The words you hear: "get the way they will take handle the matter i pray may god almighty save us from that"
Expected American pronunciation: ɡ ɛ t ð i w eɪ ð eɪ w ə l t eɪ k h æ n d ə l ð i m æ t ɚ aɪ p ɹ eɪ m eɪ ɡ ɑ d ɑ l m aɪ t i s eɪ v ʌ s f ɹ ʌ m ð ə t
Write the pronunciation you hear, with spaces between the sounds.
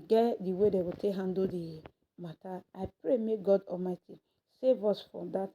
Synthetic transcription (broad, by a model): ɡ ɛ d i w eɪ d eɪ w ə t eɪ k h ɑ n d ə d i m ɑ t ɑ aɪ p ɹ eɪ m eɪ ɡ ɑ d ɑ l m aɪ t i s eɪ v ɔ s f ɹ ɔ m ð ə t